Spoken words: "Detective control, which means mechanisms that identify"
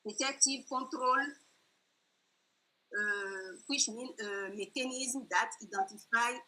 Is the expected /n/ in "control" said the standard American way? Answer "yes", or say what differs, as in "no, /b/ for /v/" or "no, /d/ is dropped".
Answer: no, /n/ is dropped